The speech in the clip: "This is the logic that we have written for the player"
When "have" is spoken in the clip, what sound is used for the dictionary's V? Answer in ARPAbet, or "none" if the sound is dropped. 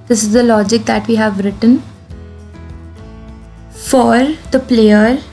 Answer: V